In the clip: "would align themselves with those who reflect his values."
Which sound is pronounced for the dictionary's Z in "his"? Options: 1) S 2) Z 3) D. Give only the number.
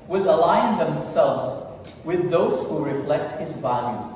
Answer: 2